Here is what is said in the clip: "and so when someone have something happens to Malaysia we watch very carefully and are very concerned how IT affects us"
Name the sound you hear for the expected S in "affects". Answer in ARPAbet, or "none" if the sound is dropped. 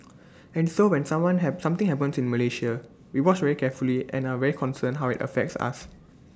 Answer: S